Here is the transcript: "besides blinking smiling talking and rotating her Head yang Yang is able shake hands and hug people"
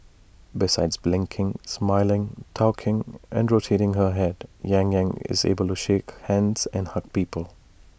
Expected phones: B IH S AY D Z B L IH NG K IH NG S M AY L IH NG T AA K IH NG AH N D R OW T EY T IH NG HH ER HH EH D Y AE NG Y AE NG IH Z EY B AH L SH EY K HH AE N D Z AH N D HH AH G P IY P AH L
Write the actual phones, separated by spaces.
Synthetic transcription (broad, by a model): B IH S AY D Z B L IH NG K IH NG S M AY L IH NG T AA K IH NG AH N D R OW T EY T IH NG HH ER HH EH D Y AE NG Y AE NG IH Z EY B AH L SH EY K HH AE N D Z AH N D HH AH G P IY P AH L